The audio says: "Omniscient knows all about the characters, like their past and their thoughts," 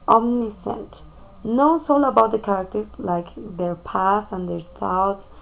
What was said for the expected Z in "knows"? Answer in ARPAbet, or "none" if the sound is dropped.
S